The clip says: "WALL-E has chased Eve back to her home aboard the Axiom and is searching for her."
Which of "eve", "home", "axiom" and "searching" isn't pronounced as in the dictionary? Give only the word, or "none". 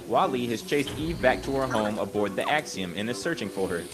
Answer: none